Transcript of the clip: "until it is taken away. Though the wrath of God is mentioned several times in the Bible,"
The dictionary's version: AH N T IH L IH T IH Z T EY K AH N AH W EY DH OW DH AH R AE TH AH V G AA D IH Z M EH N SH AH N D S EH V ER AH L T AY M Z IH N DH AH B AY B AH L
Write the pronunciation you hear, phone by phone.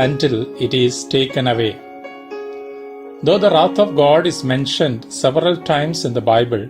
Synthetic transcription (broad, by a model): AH N T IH L IH T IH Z T EY K AH N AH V EY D OW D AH R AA T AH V G AA D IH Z M EH N SH AH N D S EH V ER AH L T AY M S IH N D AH B AY B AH L